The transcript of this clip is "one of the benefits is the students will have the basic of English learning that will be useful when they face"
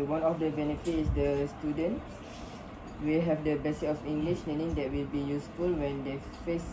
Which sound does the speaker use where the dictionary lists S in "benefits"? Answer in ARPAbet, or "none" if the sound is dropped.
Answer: none